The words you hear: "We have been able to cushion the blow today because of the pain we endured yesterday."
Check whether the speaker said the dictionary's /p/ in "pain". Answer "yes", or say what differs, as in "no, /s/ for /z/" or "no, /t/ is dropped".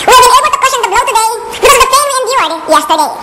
no, /f/ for /p/